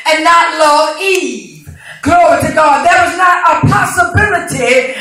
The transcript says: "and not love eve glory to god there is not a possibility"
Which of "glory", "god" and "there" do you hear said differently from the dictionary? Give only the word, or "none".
there